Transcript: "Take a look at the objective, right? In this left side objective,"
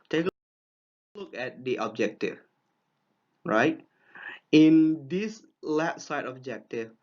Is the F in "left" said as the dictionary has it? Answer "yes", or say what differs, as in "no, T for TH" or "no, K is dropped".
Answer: no, F is dropped